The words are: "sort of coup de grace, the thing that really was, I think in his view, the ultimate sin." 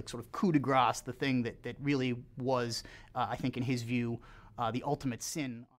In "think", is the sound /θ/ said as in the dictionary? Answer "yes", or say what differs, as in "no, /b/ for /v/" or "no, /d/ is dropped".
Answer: yes